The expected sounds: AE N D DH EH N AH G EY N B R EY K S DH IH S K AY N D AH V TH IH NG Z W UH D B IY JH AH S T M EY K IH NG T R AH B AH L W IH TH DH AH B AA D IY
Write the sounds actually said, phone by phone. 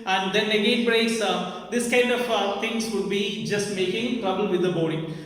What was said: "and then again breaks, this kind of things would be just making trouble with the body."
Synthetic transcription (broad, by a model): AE N D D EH N AH G EY N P R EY S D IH S K AY N D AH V T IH NG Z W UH D B IY JH AH S T M EY K IH NG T R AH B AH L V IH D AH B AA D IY